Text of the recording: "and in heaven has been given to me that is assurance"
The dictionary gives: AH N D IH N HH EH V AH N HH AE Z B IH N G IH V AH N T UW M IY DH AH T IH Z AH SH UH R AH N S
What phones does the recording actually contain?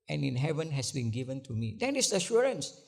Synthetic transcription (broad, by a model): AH N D IH N HH EH V AH N HH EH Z B IH N G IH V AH N T UW M IY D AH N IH S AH SH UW R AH N S